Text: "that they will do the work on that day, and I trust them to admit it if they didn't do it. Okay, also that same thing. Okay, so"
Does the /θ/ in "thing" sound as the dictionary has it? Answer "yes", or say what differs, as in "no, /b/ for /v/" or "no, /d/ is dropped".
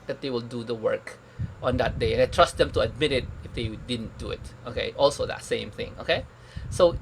yes